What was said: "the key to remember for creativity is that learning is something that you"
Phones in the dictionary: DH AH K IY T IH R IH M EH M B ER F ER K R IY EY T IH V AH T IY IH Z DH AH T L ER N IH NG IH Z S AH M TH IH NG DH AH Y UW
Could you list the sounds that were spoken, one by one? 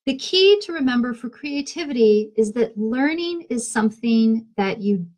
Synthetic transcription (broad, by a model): DH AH K IY T IH R IH M EH M B ER F ER K R IY EY T IH V AH T IY IH Z DH AH T L ER N IH NG IH Z S AH M TH IH NG DH AH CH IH